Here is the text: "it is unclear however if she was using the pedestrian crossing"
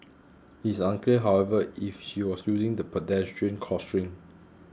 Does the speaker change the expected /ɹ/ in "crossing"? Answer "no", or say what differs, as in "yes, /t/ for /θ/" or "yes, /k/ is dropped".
yes, /ɹ/ is dropped